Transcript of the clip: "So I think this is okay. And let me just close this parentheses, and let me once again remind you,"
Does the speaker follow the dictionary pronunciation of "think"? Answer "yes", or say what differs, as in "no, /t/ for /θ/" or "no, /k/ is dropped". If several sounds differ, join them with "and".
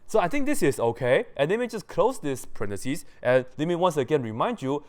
no, /t/ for /θ/